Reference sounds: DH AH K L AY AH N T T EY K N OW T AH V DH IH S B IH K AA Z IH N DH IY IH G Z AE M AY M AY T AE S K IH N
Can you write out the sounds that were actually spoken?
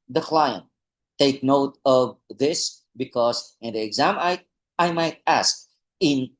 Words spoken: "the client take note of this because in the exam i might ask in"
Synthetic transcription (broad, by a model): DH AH K L AY AH N T T EY K N OW T AH V DH IH S B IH K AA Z IH N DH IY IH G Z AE M AY M AY T AE S K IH N